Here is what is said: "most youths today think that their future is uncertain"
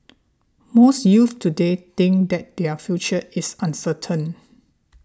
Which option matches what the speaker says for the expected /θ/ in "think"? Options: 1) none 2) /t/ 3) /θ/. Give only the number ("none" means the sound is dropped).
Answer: 2